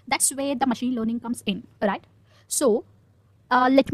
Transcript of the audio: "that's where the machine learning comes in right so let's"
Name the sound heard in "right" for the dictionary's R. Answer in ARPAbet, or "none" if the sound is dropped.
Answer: R